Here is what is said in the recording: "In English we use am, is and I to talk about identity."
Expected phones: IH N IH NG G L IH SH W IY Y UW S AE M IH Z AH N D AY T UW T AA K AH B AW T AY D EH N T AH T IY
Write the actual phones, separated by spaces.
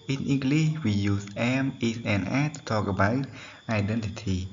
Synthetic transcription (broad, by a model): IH N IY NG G L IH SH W IY Y UW S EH M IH S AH N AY T UW T AA K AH B AW T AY D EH N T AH T IY